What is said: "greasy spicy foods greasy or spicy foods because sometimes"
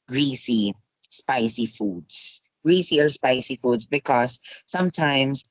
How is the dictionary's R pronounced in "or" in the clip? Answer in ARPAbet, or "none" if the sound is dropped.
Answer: L